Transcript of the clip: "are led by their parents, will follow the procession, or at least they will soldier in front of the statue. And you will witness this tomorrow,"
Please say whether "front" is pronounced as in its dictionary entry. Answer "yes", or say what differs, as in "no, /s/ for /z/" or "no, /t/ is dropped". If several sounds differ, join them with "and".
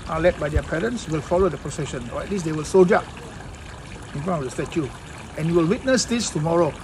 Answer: no, /t/ is dropped